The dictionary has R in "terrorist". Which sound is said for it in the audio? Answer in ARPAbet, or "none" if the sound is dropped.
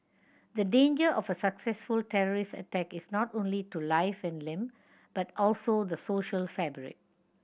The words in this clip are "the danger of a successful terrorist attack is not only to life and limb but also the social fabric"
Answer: R